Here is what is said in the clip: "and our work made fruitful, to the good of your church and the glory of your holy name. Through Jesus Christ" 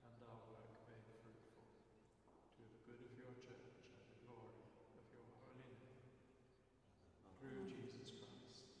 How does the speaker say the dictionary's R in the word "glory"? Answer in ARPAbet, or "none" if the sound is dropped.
R